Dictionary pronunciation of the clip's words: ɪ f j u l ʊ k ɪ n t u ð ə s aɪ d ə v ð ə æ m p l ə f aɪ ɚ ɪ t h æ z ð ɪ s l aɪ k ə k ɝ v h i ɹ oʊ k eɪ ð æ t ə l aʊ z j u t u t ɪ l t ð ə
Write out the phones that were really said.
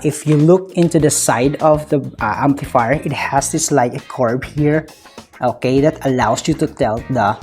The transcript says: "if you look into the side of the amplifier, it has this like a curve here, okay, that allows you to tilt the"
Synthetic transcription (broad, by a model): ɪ f j u l ʊ k ɪ n t u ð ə s aɪ d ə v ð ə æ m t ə f aɪ ɪ t h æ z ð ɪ s l aɪ k ə k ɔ b h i ɹ oʊ k eɪ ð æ t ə l aʊ s j u t u t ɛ l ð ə